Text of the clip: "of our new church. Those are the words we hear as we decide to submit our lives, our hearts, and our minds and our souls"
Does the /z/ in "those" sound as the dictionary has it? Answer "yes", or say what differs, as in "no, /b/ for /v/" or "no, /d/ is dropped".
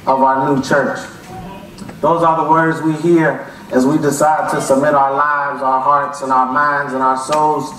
yes